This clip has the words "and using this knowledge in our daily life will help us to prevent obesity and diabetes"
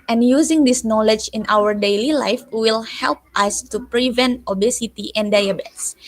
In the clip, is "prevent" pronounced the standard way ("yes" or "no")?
yes